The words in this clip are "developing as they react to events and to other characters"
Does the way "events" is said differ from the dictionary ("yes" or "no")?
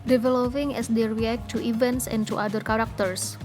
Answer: no